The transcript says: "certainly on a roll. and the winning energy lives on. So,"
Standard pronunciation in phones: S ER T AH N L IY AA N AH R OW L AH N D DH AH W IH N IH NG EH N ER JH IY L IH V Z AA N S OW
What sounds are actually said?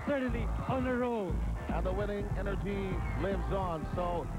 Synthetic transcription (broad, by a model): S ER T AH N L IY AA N AH R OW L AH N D DH AH W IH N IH NG EH N ER JH IY L IH V Z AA N S OW